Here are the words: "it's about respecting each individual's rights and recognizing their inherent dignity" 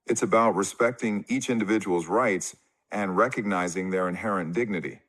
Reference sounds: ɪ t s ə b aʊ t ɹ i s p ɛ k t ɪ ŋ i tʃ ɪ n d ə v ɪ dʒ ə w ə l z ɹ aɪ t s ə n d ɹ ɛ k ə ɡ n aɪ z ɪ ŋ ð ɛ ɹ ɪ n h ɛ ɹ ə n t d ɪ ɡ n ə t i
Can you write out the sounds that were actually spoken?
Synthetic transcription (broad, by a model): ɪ t s ə b aʊ t ɹ i s p ɛ k t ɪ ŋ i tʃ ɪ n d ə v ɪ dʒ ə w l z ɹ aɪ t s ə n ɹ ɛ k ə ɡ n aɪ z ɪ ŋ ð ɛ ɹ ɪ n h ɛ ɹ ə n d ɪ ɡ n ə t i